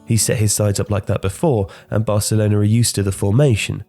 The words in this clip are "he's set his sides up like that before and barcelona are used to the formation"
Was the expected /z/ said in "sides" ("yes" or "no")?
yes